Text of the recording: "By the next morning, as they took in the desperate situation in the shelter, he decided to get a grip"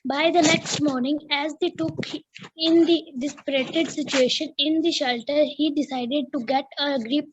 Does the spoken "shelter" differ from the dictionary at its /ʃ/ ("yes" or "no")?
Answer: no